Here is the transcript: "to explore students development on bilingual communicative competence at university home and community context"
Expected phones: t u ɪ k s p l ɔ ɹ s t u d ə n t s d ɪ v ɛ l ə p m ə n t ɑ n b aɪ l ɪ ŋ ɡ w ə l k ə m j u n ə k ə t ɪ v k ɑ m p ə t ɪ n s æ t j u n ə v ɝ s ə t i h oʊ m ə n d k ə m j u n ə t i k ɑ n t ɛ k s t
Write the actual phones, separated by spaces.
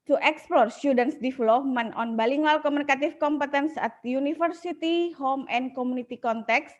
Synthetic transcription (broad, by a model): t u ɪ k s p l ɔ ɹ s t u d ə n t s d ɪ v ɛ l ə p m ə n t ɑ n b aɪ l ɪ ŋ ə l k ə m u n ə k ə t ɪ f k ɑ m p ə t ɪ n s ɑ t j u n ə f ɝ s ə t i h oʊ m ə n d k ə m u n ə t i k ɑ n t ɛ k s